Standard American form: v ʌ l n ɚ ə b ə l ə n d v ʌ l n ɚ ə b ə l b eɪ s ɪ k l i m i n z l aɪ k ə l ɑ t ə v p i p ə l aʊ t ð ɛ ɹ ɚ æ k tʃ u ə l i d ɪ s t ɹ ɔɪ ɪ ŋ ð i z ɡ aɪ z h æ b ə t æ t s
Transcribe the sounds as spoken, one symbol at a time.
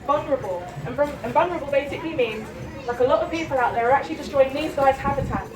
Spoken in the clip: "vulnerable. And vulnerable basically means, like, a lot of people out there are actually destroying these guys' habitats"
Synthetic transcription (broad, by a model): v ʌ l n ɚ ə b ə l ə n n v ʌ n ɚ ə b ə l b eɪ s ɪ k l i m i n z l aɪ k ə l ɑ t ə v p i p ə l aʊ t ð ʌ ɹ ɚ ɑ k tʃ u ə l i d ɪ s t ɹ ɔɪ ɪ ŋ ð i z ɡ aɪ z h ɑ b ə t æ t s